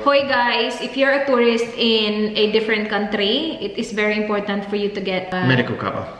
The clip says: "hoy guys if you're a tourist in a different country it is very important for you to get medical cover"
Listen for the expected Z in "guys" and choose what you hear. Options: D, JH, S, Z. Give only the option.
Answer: S